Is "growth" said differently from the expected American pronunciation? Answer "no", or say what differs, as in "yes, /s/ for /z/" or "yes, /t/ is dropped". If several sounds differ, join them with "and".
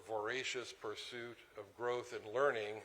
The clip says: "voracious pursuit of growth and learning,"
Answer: no